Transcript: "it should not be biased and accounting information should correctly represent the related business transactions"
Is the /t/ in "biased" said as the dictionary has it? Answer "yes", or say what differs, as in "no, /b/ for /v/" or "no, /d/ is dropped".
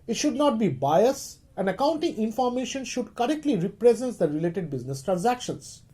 no, /t/ is dropped